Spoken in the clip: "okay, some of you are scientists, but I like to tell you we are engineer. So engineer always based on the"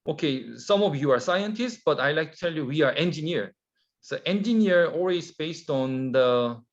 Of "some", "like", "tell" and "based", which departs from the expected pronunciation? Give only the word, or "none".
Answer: none